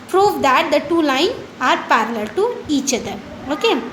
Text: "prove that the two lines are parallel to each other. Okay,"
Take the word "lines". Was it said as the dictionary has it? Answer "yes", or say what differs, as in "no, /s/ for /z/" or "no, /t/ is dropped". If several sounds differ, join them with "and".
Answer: no, /z/ is dropped